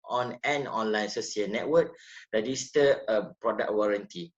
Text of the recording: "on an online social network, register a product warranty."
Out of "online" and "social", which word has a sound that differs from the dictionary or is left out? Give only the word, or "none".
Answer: social